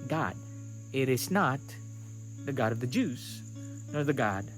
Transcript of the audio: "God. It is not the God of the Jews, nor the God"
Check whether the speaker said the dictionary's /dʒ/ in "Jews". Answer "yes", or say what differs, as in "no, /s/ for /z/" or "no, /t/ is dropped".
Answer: yes